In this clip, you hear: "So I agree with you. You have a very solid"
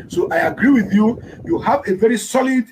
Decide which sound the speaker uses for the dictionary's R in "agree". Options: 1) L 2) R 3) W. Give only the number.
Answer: 2